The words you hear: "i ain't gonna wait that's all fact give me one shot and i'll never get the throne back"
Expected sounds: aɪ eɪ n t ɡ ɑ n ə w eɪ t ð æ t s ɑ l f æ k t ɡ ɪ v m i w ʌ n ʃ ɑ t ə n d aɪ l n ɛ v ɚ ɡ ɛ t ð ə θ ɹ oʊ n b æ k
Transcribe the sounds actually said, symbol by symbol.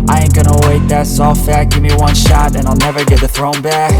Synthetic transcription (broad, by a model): aɪ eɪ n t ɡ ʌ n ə w eɪ t ð æ t s ɑ l f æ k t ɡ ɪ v m i w ʌ n ʃ ɑ t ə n aɪ l n ɛ v ɚ ɡ ɛ t ð ə θ ɹ oʊ n b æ k